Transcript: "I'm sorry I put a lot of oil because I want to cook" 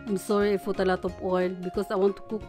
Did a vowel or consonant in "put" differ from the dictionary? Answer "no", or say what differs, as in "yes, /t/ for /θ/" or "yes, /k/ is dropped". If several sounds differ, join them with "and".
yes, /f/ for /p/